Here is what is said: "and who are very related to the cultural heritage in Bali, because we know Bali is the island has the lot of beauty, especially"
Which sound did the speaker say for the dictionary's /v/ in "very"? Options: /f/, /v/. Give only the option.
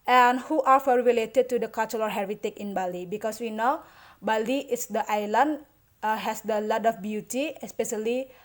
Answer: /f/